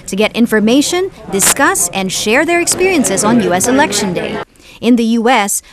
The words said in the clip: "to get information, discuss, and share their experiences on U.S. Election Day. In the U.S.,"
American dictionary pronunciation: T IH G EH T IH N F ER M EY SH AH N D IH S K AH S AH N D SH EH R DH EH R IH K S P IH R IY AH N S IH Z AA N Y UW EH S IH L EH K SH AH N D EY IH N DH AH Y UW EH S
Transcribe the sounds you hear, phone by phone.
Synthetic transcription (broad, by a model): T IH G EH T IH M F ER M EY SH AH N D IH S K AH S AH N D SH EH R DH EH R IH K S P IH R IY AH N S IH Z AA N Y UW EH S IH L EH K SH AH N D EY IH N DH AH Y UW EH S